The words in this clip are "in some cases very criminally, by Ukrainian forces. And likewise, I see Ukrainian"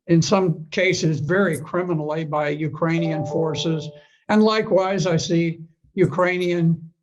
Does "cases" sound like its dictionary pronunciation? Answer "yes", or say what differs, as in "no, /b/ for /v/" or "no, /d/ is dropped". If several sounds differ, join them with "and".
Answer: yes